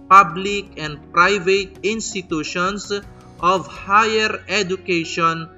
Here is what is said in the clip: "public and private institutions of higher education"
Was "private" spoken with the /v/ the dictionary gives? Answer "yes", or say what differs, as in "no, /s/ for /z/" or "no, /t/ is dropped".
yes